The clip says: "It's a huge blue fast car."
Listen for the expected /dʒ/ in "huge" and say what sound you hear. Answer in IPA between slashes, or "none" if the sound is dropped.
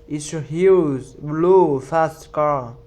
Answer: /z/